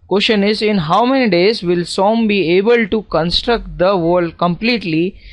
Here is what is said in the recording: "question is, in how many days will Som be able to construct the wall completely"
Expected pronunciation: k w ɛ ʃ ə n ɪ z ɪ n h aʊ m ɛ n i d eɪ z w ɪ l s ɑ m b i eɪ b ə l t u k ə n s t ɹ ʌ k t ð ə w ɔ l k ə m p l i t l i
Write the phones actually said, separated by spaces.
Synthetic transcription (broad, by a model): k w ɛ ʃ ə n ɪ z ɪ n h aʊ m ɛ n i d eɪ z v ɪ l s ɑ m b i eɪ b ə l t u k ə n s t ɹ ʌ k t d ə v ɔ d k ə m p l i t l i